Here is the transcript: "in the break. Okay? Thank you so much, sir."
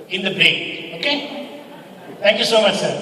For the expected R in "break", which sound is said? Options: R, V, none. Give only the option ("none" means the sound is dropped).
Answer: none